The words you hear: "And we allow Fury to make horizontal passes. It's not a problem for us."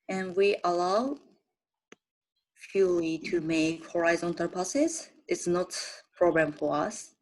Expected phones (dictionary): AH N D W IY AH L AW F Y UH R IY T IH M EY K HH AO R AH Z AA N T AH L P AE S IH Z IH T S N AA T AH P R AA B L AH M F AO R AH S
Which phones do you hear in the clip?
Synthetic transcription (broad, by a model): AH N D W IY AH L AW F Y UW L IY T IH M EY K HH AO R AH Z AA N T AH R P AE S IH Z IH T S N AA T P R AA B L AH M F AO R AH S